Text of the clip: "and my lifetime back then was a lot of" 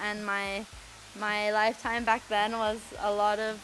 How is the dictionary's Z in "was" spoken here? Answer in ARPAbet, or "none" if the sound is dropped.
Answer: Z